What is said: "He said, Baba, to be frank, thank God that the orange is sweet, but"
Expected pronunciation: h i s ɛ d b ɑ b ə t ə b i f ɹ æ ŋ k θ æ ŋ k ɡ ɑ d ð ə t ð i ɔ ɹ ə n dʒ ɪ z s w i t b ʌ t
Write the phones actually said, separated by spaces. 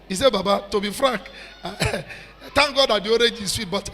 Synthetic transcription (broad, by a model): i s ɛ b ɑ b ə t ə b i f ɹ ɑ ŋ k t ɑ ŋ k ɡ ɑ d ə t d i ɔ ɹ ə dʒ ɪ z s w i t b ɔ t